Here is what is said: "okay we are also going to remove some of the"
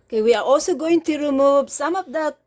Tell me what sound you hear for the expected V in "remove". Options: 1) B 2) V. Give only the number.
1